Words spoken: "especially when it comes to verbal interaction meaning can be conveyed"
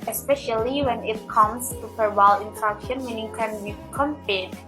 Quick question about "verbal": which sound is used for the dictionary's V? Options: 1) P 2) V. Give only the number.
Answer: 1